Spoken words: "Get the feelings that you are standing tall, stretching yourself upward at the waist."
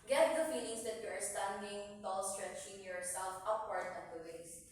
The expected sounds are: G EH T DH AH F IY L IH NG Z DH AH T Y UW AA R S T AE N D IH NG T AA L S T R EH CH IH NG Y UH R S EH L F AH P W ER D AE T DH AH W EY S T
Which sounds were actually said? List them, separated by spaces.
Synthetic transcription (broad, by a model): G EH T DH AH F IY N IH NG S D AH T Y UW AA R S T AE N D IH NG T AA L S T R EH CH IH NG Y UH R S EH L F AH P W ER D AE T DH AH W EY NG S